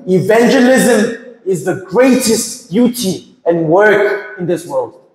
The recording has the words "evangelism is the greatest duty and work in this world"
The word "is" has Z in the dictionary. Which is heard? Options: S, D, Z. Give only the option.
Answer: Z